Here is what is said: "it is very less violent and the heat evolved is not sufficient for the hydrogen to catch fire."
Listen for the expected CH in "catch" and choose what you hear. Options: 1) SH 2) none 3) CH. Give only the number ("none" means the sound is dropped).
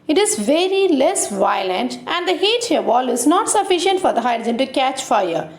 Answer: 3